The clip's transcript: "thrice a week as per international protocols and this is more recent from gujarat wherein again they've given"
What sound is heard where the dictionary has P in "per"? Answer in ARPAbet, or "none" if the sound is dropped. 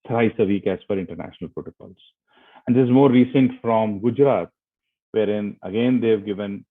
F